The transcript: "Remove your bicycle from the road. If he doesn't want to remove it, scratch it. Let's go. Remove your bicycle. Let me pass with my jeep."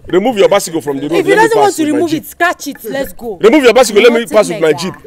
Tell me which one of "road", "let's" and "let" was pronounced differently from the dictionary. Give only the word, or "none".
road